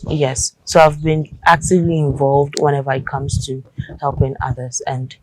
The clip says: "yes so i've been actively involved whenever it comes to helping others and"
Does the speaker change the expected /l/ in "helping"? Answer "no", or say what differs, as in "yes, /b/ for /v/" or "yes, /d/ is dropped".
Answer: no